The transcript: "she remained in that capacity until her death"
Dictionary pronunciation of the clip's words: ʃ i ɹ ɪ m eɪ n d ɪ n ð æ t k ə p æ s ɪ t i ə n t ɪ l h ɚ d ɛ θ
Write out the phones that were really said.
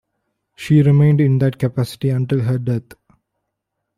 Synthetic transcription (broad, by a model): ʃ i ɹ ɪ m eɪ n d ɪ n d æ t k ə p æ s ɪ t i ə n t ɪ l h ɚ d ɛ t